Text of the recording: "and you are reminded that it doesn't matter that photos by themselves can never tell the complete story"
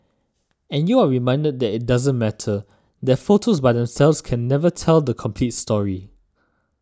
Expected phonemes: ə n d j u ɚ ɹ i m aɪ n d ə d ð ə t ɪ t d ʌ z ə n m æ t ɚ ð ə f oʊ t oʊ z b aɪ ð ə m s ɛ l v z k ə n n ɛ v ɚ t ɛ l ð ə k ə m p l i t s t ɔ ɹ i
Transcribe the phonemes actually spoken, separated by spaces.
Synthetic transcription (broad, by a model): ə n j u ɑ ɹ i m aɪ n d ə d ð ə t ɪ t d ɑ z ə n m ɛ t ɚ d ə f oʊ t oʊ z b aɪ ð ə m s ɛ l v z k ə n n ɛ v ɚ t ɛ l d ə k ə m p l i t s t ɔ ɹ i